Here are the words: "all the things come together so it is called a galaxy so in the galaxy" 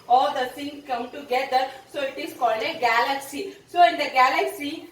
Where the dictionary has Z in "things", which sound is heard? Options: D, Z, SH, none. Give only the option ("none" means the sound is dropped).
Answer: none